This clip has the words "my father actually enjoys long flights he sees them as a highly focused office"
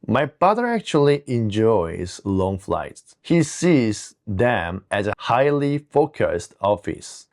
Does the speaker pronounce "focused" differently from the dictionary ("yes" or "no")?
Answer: no